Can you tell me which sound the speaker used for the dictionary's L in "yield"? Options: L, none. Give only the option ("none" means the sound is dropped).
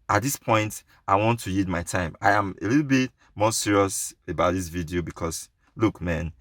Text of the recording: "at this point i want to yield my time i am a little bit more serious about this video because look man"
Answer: none